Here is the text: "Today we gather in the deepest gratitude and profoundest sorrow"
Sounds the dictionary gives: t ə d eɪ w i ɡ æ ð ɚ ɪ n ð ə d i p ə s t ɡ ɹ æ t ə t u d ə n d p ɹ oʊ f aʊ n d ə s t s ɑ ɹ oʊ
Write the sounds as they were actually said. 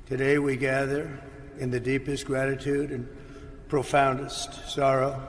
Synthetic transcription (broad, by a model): t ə d eɪ w i ɡ æ ð ɚ ɪ n ð ə d i p ə s t ɡ ɹ æ t ə t u d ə n p ɹ oʊ f aʊ n d ə s t s ɑ ɹ oʊ